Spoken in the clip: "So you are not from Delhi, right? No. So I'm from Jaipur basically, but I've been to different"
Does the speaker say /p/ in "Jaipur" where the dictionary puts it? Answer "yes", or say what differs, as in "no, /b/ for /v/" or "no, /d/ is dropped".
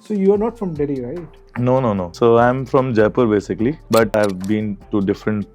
yes